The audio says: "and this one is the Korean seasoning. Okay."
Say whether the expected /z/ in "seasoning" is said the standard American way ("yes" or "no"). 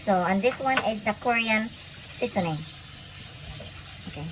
no